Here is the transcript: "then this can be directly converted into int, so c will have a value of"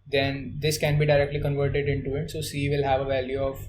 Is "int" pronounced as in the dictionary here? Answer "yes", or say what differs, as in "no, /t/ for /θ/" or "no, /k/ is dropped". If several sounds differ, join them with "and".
no, /n/ is dropped